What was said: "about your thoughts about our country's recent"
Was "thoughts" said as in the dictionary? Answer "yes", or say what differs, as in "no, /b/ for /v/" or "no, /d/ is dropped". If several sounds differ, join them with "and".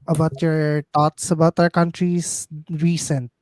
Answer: no, /t/ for /θ/